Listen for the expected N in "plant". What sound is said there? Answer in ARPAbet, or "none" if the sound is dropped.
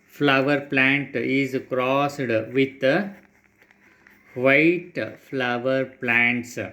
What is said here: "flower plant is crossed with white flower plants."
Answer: N